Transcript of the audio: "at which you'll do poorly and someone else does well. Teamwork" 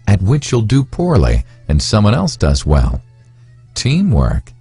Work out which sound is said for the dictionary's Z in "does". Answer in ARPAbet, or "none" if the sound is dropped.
Z